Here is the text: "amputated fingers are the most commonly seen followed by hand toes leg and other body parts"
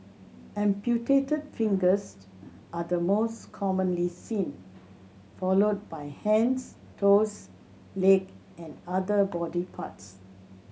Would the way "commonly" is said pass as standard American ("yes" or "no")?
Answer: yes